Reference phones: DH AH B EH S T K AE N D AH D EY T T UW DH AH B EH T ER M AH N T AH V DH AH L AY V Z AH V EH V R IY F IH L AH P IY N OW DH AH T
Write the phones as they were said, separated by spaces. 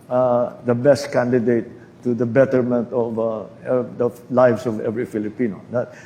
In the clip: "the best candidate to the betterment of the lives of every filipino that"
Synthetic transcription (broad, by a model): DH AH B EH S T K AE N D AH D EY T T UW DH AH B EH T ER M AH N T AH V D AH L AY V S AH V EH V R IY F IH L AH P IY N OW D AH T